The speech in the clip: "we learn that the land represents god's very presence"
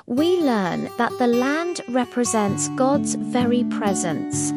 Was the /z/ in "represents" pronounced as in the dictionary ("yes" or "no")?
yes